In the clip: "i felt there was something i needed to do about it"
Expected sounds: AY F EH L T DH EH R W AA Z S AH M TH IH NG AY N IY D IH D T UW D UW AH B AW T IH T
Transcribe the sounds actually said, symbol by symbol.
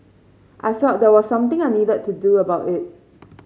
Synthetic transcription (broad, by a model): AY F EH T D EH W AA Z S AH M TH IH NG AY N IY D IH D T UW D UW AH B AW T IH T